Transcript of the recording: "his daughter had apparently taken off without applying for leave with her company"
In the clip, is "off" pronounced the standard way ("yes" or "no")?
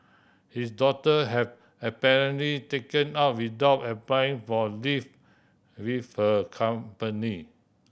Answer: no